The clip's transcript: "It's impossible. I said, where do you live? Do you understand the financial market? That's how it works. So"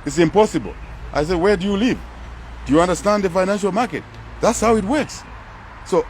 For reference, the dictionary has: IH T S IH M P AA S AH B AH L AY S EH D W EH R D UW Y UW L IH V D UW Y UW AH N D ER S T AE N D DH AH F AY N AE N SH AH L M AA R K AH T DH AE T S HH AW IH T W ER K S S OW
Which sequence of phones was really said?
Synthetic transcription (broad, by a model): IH T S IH M P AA S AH B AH L AY S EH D W EH R D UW Y UW L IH V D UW Y UW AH N D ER S T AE N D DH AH F AY N AE N SH AH L M AA R K AH T DH AE T S HH AW IH T W ER K S S OW